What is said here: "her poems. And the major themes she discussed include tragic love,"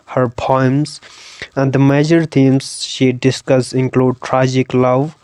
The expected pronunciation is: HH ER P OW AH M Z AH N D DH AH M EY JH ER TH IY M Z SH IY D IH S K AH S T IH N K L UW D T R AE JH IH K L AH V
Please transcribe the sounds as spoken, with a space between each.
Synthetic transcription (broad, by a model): HH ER P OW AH M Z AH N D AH M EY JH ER T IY M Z SH IY D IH S K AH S IH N K L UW D T R AE JH IH K L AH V